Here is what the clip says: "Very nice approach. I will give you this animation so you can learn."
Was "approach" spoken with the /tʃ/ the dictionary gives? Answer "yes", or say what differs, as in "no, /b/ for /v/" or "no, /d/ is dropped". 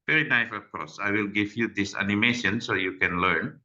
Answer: no, /s/ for /tʃ/